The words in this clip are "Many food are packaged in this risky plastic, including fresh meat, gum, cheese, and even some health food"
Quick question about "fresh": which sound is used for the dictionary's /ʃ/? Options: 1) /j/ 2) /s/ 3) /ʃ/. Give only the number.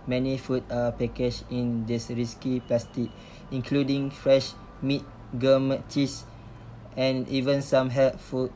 3